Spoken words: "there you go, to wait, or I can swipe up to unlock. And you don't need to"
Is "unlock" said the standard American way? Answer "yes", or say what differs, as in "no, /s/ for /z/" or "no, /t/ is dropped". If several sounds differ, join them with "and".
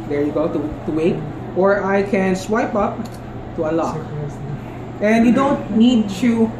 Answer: no, /n/ is dropped